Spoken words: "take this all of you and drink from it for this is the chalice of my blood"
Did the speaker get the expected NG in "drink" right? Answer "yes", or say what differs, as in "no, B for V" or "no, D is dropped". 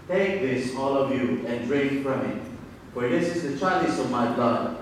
no, NG is dropped